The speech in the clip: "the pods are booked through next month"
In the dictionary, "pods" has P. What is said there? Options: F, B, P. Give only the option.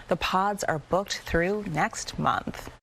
P